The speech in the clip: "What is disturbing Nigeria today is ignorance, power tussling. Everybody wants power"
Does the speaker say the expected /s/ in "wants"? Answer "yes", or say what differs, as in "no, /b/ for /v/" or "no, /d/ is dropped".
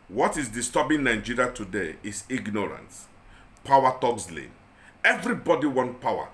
no, /s/ is dropped